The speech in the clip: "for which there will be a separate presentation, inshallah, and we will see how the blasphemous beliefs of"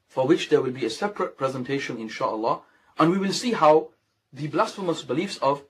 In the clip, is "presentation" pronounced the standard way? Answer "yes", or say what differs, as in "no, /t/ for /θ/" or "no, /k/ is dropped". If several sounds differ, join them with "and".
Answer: yes